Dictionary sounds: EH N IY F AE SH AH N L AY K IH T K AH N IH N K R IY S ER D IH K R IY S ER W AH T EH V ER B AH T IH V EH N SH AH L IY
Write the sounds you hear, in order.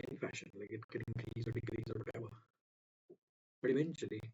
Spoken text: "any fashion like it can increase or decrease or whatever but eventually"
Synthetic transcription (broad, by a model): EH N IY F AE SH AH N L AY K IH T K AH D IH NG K IY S ER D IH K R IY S ER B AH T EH B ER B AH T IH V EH N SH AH L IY